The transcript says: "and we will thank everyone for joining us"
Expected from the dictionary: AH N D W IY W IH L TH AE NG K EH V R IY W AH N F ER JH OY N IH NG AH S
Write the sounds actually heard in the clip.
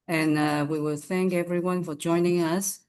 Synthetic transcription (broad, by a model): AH N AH W IY W IH L TH AE NG K EH V R IY W AH N F ER JH OY N IH NG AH S